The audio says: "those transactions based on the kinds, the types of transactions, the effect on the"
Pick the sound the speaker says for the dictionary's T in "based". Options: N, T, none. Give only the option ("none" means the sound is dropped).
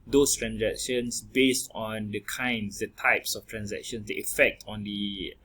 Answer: T